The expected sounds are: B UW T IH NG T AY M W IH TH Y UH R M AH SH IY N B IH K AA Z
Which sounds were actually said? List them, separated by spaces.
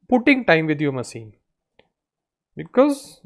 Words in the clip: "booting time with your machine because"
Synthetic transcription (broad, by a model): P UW T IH NG T AY M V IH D Y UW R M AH S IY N B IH K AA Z